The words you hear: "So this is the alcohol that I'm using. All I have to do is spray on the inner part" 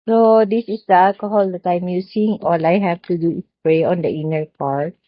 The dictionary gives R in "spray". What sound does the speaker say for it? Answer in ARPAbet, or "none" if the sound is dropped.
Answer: R